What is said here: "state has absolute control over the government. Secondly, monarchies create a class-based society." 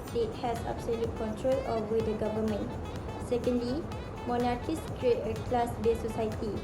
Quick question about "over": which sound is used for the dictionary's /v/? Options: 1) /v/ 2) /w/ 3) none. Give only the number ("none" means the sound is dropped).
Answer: 3